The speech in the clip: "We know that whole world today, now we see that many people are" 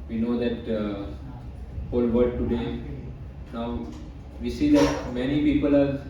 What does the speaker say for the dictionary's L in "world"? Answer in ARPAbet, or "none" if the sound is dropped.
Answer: none